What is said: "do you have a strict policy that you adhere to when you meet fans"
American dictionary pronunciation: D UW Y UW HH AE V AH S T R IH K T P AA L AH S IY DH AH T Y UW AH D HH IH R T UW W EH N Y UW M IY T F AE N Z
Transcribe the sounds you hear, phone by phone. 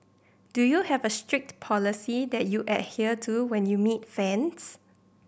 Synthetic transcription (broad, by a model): D UW Y UW HH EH V AH S T R IH K T P AA L AH S IY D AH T Y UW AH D HH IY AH T UW W EH N Y UW M IY T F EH N S